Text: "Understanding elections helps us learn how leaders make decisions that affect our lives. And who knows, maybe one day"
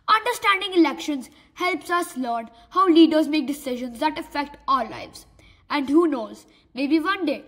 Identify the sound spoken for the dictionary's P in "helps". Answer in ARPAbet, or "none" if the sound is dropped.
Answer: P